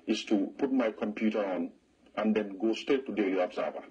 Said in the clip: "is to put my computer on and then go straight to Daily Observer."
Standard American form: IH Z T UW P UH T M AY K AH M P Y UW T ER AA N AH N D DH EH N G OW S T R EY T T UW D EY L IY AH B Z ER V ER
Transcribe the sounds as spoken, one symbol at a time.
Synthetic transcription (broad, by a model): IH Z T UW P UH T M AY K AH M P Y UW T ER AA N AH N D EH N G OW S T EY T T UW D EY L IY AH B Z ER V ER